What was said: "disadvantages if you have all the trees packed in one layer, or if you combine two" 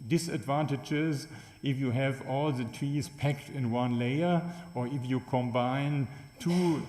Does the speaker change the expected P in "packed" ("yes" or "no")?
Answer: no